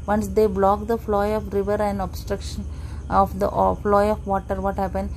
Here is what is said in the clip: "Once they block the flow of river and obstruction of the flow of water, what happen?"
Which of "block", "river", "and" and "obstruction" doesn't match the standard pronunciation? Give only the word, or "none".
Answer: none